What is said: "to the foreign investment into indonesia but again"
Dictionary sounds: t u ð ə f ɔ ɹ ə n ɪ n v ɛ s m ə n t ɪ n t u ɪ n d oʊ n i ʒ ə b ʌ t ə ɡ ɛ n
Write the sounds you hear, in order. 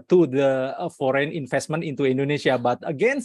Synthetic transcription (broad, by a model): t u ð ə f ɔ ɹ ə n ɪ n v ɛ s m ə n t ɪ n t u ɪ n d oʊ n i ʃ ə b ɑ t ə ɡ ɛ n